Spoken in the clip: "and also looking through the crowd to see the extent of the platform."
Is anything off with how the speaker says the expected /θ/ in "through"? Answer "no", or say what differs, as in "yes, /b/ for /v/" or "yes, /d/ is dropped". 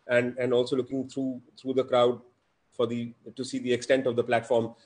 yes, /t/ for /θ/